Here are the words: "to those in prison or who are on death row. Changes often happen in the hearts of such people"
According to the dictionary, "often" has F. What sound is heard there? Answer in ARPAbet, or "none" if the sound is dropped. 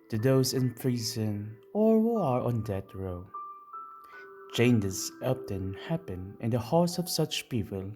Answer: P